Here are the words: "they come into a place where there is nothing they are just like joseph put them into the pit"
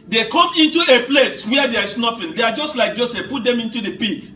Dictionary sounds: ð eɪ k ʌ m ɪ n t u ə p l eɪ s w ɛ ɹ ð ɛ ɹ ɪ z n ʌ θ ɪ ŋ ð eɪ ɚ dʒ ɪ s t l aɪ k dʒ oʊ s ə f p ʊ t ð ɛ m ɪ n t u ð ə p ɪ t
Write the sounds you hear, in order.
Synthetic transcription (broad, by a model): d eɪ k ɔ m ɪ n t u ə p l eɪ s w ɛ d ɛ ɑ ɹ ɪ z n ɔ f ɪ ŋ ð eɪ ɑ dʒ ɪ s t l aɪ k dʒ oʊ s ə f p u t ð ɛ m ɪ n t u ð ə p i t